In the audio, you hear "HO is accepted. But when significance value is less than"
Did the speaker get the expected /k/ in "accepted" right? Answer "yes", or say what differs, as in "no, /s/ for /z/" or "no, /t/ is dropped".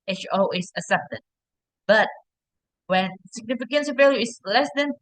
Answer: no, /k/ is dropped